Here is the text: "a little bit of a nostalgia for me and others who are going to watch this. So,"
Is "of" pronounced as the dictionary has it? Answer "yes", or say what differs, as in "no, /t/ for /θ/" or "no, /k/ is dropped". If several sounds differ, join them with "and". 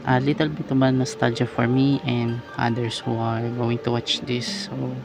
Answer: no, /b/ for /v/